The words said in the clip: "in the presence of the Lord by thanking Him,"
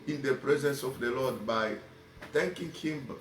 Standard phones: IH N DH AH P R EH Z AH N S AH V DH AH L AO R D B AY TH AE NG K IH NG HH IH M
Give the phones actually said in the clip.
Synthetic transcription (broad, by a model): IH N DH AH P R EH Z AH N S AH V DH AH L AO D B AY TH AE NG K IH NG HH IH M